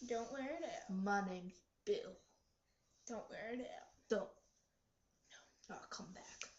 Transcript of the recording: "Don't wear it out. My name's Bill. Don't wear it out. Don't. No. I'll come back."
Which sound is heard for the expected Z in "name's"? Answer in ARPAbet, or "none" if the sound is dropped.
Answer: none